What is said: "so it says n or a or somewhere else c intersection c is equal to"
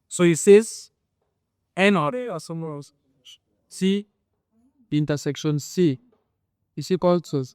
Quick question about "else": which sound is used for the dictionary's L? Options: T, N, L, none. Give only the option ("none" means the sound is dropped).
none